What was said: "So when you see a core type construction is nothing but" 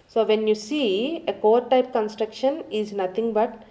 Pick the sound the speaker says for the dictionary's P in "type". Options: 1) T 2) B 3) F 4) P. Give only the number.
4